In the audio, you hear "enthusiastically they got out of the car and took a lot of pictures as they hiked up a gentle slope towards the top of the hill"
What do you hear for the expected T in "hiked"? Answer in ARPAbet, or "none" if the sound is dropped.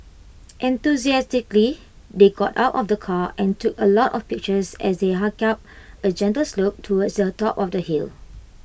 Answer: none